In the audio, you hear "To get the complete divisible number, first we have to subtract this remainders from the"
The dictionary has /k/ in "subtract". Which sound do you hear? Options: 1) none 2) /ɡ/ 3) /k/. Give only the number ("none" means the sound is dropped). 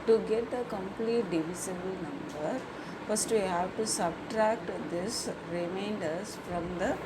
3